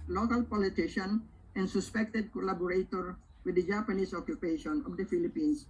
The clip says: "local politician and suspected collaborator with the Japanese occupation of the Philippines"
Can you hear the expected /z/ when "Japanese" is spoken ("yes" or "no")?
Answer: no